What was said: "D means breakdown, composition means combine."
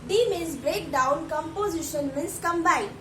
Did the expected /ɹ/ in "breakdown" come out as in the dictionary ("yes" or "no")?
yes